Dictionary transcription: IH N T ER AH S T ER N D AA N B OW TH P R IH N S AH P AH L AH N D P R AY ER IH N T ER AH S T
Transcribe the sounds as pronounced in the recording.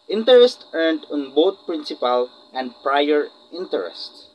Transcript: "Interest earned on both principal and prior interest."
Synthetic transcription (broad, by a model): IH N T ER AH S T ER N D AA N B OW T P R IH N S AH P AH L AH N D P R AY ER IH N T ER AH S T